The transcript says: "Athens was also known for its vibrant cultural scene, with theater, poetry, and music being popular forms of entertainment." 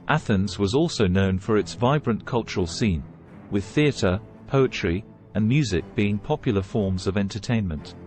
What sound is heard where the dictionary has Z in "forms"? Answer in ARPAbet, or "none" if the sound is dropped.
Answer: Z